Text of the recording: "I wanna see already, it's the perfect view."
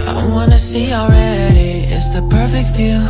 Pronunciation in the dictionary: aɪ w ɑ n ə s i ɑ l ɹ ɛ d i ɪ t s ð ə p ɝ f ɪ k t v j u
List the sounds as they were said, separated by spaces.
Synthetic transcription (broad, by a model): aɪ w ɑ n ə s i l ɹ ɛ d i ɪ t s ð ə p ɝ f ɪ k t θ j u